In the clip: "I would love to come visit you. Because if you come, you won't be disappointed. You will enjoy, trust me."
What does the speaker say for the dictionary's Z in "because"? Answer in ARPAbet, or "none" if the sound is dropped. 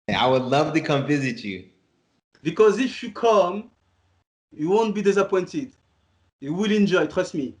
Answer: Z